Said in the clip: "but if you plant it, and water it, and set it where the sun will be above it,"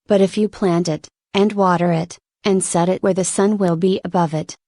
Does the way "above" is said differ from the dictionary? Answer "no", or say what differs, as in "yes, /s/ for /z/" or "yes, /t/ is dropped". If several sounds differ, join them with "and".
no